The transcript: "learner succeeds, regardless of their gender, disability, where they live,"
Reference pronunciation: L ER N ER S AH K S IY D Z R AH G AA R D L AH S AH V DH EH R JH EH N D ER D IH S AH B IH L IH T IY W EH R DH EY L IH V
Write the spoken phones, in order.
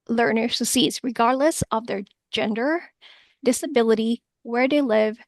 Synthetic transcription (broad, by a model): L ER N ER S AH S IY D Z R AH G AA R D L AH S AH V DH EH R JH EH N D ER D IH S AH B IH L IH T IY W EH R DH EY L IH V